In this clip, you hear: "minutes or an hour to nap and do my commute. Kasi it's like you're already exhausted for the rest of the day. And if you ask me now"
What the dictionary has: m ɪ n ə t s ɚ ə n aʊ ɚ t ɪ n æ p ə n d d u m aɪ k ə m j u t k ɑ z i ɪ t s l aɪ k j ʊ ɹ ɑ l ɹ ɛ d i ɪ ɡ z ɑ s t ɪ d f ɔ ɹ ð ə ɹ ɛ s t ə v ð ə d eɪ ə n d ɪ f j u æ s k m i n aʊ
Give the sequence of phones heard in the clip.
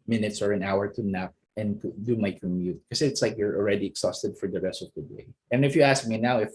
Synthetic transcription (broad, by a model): m ɪ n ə t s ɚ ə n aʊ ɚ t ɪ n æ p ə n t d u m aɪ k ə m j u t k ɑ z ɪ t s l aɪ k j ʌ ɹ ɑ l ɹ ɛ d i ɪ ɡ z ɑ s t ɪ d f ɔ ɹ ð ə ɹ ɛ s t ə v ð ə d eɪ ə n ɪ f j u æ s k m i n aʊ